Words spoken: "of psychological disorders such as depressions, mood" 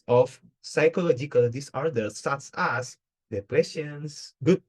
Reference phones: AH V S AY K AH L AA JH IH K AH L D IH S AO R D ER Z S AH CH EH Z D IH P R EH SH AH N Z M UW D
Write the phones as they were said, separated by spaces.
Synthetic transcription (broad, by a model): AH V S AY K AH L AA JH IH K AH L D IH S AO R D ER S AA S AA S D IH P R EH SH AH N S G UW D